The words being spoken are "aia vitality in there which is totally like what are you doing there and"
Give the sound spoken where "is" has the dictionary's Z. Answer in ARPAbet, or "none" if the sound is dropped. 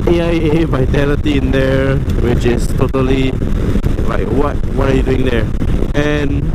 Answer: S